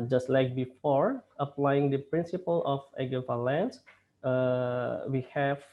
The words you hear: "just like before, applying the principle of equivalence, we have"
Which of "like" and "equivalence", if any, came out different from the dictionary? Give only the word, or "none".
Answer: equivalence